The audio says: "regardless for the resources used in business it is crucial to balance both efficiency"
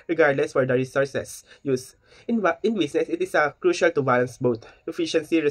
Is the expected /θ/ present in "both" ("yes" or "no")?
no